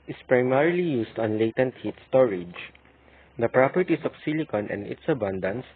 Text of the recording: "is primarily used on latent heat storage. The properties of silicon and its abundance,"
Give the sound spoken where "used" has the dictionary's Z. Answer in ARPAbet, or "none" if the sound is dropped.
S